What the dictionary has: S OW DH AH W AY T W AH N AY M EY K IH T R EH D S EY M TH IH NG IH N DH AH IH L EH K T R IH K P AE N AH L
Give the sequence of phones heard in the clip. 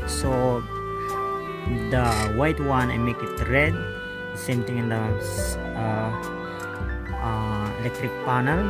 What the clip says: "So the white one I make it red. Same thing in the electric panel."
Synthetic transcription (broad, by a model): S OW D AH W AY T W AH N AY M EY K IH T R EH D S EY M T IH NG IH N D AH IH L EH K T R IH K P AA N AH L